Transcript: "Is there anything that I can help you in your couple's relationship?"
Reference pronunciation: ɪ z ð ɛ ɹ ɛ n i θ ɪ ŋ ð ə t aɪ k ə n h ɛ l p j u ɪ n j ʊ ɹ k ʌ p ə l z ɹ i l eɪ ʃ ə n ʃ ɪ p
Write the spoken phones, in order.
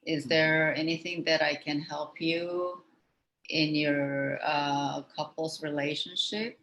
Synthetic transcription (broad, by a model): ɪ z ð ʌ ɹ ɛ n i θ ɪ ŋ ð ə t aɪ k ə n h ɛ l p j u ɪ n j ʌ ɹ k ʌ p l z ɹ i l eɪ ʃ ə n ʃ ɪ p